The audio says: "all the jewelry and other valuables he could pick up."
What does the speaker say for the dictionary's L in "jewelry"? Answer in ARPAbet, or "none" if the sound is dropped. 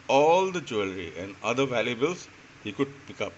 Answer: L